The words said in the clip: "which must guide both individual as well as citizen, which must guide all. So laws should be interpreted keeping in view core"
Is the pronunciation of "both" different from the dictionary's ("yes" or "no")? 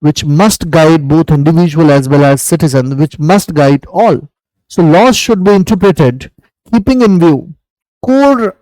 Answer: yes